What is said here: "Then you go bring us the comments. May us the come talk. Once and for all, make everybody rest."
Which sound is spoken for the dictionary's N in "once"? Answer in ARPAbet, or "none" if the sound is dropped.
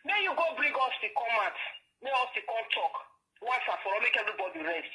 none